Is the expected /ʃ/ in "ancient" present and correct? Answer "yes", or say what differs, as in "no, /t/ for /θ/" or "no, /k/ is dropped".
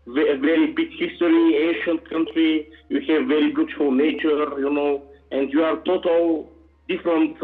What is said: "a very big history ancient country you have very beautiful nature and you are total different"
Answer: yes